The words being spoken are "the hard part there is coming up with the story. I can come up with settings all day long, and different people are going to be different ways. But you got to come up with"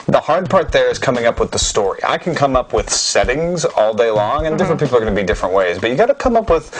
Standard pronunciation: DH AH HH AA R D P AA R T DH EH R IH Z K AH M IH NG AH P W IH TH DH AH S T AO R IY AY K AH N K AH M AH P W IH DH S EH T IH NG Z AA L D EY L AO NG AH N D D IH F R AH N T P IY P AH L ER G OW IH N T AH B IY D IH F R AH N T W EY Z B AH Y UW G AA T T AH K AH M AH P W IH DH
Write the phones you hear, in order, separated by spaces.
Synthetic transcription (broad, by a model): DH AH HH AA R D P AA R T DH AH R IH Z K AH M IH NG AH P W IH DH AH S T AO R IY AY K N K AH M AH P W IH DH S EH T IH NG Z AA L D EY L AO NG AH N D D IH F R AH N P IY P L ER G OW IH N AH B IY D IH F R AH N T W EY Z B AH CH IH G AA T T AH K AH M AH P W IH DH